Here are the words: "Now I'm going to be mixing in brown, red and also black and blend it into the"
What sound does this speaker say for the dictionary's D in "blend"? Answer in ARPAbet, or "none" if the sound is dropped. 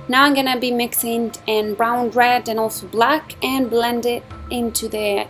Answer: D